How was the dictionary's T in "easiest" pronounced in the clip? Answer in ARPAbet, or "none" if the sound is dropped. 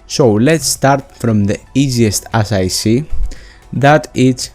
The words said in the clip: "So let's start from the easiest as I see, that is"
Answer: T